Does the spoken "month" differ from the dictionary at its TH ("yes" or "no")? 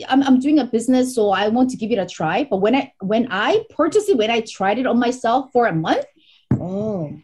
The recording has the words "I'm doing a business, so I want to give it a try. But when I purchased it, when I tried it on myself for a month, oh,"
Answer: no